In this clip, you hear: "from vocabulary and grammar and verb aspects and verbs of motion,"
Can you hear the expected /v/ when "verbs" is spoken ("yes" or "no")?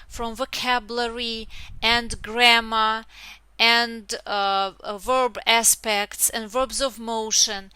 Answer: yes